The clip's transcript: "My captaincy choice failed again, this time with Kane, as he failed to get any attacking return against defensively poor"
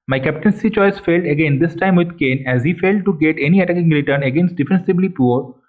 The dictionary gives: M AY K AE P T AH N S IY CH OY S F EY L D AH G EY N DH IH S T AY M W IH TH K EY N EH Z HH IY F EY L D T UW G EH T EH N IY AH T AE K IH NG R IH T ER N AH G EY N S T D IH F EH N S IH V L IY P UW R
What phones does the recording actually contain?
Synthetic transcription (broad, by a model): M AY K AE P T AH N S IY CH OY S F EY L D AH G EY N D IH S T AY M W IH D K EY N EH Z HH IY F EY L D T UW G EH T EH N IY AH T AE K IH NG R IH T ER N AH G EY N S T D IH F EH N S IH B L IY P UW R